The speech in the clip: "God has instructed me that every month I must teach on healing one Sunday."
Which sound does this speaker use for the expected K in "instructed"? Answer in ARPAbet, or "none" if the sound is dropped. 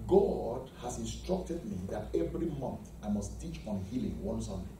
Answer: K